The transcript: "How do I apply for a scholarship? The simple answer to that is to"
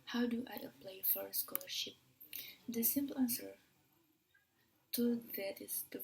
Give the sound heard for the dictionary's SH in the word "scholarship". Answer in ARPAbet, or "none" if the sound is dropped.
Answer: SH